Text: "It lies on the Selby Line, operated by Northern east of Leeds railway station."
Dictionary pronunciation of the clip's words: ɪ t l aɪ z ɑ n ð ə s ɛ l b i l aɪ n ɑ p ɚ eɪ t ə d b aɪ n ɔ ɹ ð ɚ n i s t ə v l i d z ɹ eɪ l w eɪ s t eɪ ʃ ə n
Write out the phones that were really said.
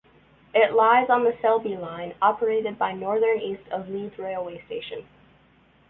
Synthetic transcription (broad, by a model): ɪ t l aɪ z n ð ə s ɛ l b i l aɪ n ɑ p ɚ eɪ t ə d b aɪ n ɔ ɹ ð ɚ n i s t ə v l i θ ɹ eɪ l w eɪ s t eɪ ʃ ə n